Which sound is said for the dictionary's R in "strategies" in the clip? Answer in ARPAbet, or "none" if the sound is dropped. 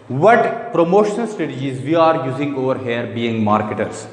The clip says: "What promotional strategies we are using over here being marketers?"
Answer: none